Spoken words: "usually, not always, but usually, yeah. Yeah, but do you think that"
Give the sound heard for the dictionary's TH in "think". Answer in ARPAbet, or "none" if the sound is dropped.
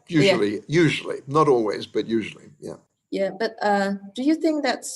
TH